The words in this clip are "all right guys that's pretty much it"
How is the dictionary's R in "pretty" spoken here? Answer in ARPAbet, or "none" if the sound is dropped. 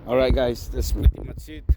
none